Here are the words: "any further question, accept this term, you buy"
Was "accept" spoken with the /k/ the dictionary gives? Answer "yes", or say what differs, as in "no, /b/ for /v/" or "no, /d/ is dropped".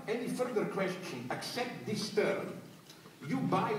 yes